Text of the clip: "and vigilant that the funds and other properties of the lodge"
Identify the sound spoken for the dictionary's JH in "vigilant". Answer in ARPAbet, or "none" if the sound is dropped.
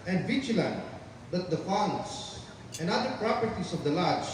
CH